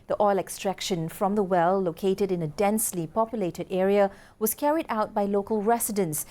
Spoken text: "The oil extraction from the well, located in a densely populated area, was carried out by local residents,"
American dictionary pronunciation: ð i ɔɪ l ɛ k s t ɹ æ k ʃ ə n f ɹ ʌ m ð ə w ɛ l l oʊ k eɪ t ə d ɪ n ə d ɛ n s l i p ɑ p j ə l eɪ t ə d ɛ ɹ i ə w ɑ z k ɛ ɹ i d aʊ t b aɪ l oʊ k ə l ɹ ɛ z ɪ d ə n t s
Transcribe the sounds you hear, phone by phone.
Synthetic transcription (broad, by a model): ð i ɔɪ l ɛ k s t ɹ æ k ʃ ə n f ɹ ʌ m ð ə w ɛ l l oʊ k eɪ t ə d ɪ n ə d ɛ n s l i p ɑ p j ə l eɪ t ə d ɛ ɹ i ə w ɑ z k ɛ ɹ i d aʊ t b aɪ l oʊ k ə l ɹ ɛ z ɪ d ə n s